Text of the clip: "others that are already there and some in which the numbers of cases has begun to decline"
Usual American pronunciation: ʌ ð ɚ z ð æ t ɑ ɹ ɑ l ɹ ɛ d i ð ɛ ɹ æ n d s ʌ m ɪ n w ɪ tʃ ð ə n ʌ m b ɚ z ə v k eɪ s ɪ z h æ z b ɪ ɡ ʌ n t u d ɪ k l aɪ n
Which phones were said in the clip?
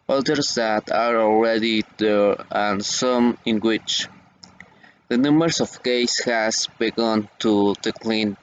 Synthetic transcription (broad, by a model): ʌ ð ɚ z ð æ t ɑ ɹ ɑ l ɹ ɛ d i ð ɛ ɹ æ n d s ʌ m ɪ n w ɪ tʃ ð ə n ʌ m ɚ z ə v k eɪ ɪ s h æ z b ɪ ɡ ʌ n t u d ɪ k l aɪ n